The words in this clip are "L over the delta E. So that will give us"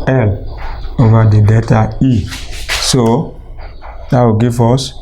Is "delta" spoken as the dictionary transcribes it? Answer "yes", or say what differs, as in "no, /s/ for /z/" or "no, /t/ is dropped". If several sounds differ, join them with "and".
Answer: no, /l/ is dropped